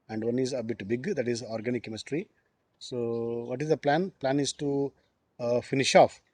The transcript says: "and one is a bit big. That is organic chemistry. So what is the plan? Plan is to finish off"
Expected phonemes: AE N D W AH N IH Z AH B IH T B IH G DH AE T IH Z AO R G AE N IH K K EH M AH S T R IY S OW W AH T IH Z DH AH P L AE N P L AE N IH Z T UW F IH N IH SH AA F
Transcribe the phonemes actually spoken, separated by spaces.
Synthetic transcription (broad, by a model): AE N D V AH N IH Z AH B IH T B IH G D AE T IH Z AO R G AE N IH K K EH M AH S T R IY S OW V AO T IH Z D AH P L AE N P L AE N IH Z T UW F IH N IH SH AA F